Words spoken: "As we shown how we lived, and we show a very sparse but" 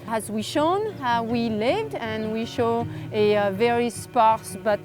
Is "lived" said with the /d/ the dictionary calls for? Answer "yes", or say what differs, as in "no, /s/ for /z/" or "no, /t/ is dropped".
yes